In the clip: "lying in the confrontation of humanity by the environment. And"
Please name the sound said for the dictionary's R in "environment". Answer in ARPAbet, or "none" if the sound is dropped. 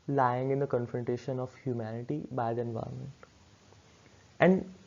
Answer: none